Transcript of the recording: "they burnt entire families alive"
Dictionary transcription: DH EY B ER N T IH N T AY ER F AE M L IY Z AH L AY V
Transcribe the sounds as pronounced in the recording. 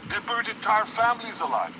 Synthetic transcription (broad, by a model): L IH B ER T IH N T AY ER F AE M L IY Z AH L AY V